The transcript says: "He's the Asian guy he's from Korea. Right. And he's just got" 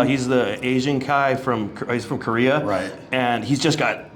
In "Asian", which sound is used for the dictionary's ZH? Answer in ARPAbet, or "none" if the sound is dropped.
ZH